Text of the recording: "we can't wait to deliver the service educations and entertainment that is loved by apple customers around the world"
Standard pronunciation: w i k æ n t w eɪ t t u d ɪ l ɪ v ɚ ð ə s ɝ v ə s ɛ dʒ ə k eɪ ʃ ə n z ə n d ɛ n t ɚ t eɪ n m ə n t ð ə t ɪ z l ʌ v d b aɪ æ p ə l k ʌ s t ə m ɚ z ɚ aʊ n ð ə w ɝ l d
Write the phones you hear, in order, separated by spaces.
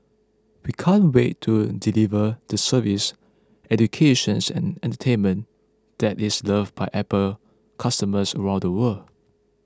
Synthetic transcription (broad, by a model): w i k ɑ n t w eɪ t t u d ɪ l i v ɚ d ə s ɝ v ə s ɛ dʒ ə k eɪ ʃ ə n s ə n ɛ n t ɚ t eɪ n m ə n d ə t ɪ s l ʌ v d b aɪ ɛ p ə l k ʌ s t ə m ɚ s ɚ aʊ n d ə w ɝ l